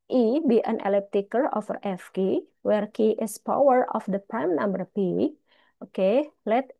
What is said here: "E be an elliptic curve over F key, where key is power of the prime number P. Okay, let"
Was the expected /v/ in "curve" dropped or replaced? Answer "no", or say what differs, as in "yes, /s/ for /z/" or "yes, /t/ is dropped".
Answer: yes, /v/ is dropped